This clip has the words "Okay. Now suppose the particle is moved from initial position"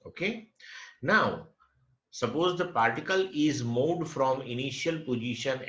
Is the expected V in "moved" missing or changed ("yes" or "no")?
yes